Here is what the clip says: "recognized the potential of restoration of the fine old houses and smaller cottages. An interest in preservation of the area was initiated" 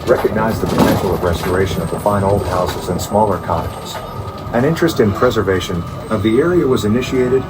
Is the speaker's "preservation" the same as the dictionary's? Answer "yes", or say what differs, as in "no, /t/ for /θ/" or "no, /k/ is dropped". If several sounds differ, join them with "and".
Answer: yes